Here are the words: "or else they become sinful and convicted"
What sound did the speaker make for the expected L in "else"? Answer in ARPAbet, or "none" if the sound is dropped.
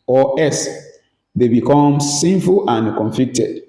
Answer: none